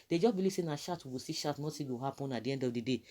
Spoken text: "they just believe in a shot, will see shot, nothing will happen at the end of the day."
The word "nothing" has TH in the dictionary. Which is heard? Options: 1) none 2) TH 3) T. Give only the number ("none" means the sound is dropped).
3